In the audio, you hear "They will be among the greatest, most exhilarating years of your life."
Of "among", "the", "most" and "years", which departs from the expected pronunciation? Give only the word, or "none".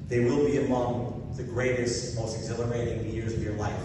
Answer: none